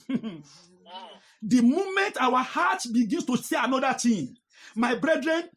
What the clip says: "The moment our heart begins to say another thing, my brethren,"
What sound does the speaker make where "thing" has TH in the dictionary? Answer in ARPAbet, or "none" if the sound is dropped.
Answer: T